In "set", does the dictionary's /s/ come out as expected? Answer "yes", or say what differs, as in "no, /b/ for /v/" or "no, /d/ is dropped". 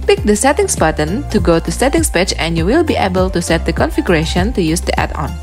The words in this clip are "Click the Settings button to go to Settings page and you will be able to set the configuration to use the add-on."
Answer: yes